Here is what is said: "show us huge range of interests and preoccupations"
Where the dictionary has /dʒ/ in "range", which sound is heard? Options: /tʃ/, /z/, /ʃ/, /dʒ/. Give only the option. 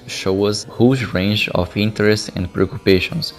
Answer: /dʒ/